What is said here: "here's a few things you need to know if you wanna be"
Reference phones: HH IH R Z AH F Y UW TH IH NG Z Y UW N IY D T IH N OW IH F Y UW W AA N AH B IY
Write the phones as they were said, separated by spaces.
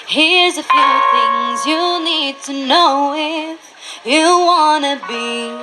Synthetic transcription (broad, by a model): HH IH R Z AH F Y UW TH IH NG Z Y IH N IY D T IH N OW IH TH Y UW W AA N AH B IY